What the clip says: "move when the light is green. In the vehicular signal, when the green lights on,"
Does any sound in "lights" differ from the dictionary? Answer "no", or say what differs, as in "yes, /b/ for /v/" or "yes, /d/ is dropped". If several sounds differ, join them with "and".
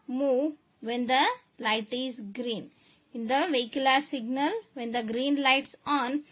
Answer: no